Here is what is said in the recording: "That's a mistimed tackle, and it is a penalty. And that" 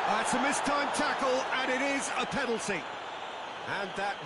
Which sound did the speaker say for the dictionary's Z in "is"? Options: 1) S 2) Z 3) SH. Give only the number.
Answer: 2